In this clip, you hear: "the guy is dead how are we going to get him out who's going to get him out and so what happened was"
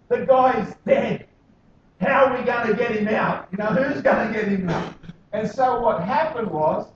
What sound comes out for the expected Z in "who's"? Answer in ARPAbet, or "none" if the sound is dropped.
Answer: Z